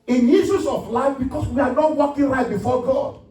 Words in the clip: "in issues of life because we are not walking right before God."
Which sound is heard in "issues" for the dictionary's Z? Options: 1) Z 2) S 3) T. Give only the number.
2